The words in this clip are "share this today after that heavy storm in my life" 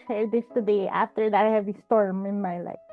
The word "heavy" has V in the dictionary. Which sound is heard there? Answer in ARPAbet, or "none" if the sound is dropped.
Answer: V